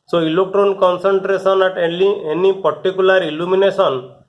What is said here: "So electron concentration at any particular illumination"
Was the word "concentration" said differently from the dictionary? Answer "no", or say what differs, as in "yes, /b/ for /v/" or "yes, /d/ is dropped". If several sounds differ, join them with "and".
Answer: yes, /s/ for /ʃ/